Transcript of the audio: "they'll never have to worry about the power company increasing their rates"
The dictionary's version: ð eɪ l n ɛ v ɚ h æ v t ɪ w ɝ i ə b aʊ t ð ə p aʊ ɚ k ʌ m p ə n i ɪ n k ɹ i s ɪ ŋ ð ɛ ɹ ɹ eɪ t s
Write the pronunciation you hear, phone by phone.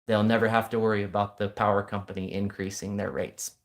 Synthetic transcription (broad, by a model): ð eɪ l n ɛ v ɚ h æ f t ɪ w ɝ i ə b aʊ t ð ə p aʊ ɚ k ʌ m p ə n i ɪ n k ɹ i s ɪ ŋ ð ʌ ɹ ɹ eɪ t s